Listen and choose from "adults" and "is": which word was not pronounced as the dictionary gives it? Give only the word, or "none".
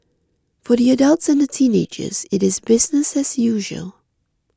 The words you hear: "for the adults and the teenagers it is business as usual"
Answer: none